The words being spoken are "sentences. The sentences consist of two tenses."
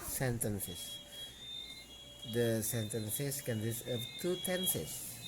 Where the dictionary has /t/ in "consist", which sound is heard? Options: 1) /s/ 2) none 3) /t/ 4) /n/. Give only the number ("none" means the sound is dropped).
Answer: 2